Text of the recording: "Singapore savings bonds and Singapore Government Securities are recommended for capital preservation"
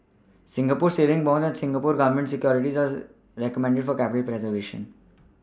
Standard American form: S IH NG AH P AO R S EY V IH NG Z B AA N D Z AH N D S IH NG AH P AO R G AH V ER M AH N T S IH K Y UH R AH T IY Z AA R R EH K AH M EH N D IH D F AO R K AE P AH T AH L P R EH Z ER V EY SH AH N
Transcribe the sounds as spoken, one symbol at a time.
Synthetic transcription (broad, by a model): S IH NG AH P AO R S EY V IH NG B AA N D AH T S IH NG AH P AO R G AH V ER M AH N T S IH K Y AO R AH T IY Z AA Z R EH K AH M EH N D IH D F AO R K AE P AH T AH L P R EH Z ER V EY SH AH N